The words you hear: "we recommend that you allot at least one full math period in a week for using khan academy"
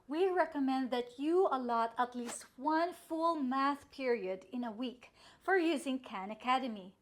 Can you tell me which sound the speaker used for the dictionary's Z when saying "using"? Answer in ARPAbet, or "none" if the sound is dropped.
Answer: Z